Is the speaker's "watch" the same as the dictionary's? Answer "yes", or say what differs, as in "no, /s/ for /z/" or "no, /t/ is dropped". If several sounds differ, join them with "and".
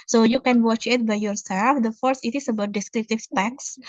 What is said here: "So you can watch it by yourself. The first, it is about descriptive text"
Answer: yes